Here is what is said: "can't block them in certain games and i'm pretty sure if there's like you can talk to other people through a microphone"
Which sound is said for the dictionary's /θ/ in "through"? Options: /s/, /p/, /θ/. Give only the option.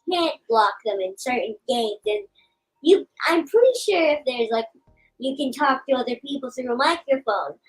/s/